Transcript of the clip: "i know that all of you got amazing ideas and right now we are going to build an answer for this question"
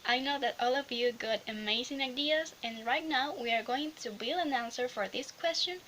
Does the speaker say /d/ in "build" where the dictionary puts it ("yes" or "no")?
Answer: no